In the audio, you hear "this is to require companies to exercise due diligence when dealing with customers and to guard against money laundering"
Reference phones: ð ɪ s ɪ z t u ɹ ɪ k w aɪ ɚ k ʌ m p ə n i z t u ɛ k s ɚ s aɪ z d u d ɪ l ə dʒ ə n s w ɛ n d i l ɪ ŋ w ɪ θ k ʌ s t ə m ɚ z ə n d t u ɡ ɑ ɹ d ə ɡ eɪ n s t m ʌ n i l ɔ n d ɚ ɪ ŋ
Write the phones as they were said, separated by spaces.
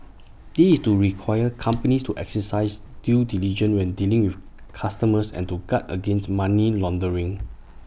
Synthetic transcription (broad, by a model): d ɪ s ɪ s t u ɹ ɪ k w aɪ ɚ k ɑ m p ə n i s t u ɛ k s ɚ s aɪ s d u d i l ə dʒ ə n w ɛ n d i l ɪ ŋ w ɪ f k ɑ s t ə m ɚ s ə n t u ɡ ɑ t ə ɡ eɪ n s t m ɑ n i l ɔ n d ɚ ɪ ŋ